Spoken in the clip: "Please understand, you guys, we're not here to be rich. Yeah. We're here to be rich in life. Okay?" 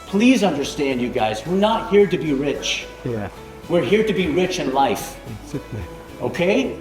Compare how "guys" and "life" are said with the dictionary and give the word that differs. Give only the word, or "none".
none